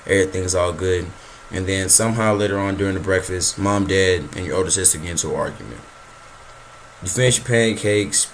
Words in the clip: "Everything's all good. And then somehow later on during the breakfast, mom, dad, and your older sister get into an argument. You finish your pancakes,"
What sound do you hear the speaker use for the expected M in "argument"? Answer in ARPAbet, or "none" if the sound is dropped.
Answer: M